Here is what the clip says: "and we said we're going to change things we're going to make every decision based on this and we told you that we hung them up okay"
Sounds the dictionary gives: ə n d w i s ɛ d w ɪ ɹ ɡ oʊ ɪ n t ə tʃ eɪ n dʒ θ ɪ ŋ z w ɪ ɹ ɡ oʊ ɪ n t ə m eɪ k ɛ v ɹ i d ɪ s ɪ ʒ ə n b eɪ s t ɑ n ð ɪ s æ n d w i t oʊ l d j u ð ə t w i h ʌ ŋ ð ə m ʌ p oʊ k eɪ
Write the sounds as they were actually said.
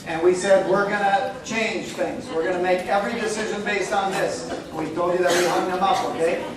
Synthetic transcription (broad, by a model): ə n w i s ɛ d w ɪ ɹ ɡ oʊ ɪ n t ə tʃ eɪ n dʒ θ ɪ ŋ z w ɪ ɹ ɡ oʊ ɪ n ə m eɪ k ɛ v ɹ i d ɪ s ɪ ʒ ə n b eɪ s t n ð ɪ s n w i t oʊ l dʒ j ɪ ð ə t w i h ʌ ŋ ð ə m ʌ p oʊ k eɪ